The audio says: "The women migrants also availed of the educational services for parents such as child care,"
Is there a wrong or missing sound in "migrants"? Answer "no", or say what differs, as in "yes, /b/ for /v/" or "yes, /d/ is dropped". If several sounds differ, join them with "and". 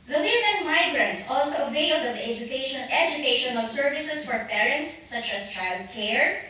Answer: no